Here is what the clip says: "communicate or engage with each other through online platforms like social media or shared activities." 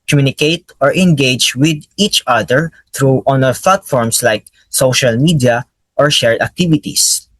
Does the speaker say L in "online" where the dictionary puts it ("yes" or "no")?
no